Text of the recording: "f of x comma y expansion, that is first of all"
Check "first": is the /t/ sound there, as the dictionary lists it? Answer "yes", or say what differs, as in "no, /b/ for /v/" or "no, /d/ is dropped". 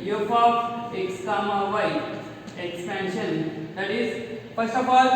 no, /t/ is dropped